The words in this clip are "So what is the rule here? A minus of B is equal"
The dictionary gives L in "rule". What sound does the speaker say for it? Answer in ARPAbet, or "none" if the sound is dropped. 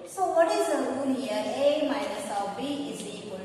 N